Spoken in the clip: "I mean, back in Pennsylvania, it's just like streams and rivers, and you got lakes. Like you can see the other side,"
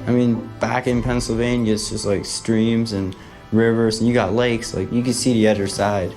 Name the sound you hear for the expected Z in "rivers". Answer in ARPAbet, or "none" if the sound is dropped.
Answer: Z